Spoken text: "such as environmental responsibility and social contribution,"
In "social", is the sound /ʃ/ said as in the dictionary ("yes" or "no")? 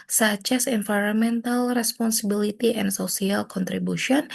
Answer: no